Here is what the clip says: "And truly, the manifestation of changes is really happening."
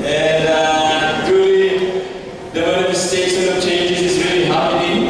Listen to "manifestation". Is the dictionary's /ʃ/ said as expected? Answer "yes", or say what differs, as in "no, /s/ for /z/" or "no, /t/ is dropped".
no, /s/ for /ʃ/